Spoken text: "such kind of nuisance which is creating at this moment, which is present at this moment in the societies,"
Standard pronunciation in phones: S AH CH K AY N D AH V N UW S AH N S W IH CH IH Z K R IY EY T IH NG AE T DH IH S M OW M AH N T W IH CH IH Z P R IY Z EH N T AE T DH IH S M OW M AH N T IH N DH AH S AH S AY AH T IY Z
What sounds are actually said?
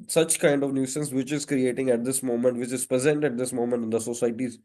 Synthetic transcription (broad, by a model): S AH CH K AY N D AH V N UW S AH N S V IH CH IH Z K R IY EY T IH NG AE T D IH S M OW M AH N T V IH CH IH Z P R IY Z EH N T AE T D IH S M OW M AH N T IH N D AH S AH S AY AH T IY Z